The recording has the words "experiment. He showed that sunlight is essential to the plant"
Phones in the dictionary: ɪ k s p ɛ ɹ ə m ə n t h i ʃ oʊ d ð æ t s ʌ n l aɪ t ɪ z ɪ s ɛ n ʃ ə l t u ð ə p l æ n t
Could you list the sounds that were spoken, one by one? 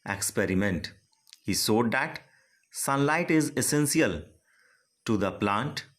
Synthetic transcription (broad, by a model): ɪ k s p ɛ ɹ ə m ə n t h i s oʊ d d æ t s ʌ n l aɪ t ɪ z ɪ s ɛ n s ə l t u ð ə p l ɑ n t